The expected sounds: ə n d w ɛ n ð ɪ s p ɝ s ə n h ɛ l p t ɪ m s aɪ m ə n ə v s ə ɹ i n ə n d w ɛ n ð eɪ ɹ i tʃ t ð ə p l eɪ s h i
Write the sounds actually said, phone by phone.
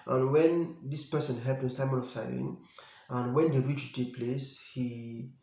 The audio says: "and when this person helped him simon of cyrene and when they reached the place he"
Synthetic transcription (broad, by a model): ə n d w ɛ n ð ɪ s p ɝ s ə n h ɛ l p ɪ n s aɪ m ə n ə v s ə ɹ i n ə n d w ɛ n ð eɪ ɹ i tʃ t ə p l eɪ s h i